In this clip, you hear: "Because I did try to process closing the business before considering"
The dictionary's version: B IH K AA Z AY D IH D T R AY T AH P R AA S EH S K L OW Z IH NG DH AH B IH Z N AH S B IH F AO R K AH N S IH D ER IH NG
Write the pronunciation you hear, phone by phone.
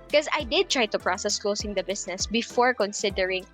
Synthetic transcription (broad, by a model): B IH K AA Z AY D IH D T R AY T AH P R AA S EH S K L OW S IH NG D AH B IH S N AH S B IH F AO R K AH N S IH D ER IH NG